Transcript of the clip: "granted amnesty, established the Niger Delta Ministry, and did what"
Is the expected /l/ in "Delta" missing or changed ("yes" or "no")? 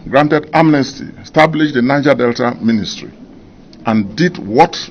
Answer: no